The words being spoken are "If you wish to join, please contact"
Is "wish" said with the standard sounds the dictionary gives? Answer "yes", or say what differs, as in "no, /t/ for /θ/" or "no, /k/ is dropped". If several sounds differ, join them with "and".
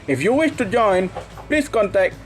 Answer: yes